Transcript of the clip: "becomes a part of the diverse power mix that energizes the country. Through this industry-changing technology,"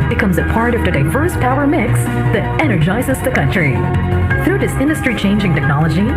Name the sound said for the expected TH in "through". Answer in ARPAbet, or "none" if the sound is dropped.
TH